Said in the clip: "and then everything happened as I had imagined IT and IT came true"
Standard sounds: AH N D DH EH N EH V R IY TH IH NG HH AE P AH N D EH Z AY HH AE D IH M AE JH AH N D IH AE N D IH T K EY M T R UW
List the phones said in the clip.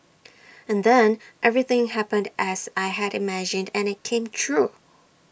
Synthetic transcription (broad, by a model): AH N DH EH N EH V R IY TH IH NG HH AE P AH N D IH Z AY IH D IH M AE JH AH N D IH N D IH T K EY M T R UW